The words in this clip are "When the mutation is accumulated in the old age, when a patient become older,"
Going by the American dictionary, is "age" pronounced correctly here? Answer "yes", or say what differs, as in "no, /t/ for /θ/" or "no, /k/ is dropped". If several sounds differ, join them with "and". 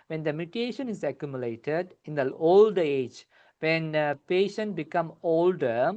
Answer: yes